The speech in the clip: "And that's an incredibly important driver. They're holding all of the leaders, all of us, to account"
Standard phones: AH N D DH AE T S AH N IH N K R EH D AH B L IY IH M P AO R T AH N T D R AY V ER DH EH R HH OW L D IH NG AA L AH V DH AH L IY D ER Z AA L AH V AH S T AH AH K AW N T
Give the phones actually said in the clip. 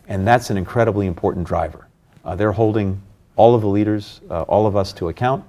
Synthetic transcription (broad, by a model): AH N DH AE T S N IH N K R EH D AH B L IY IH M P AO R T N D R AY V ER DH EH R HH OW L D IH NG AA L AH V DH AH L IY D ER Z AA L AH V AH S T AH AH K AW N T